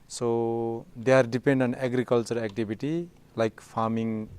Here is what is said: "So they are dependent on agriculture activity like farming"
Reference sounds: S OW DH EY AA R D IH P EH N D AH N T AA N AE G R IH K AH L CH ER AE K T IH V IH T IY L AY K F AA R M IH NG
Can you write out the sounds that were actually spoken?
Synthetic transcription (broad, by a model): S OW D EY AA R D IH P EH N D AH AA N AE G R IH K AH L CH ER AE K T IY B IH T IY L AY K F AA R M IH NG